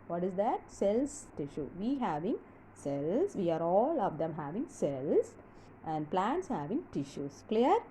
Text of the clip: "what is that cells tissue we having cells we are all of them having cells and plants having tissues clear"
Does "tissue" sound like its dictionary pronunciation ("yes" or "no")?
yes